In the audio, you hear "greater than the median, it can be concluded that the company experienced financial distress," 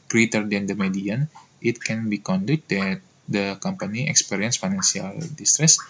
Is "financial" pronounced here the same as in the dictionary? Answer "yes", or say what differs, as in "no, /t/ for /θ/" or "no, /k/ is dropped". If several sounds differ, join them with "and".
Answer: no, /s/ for /ʃ/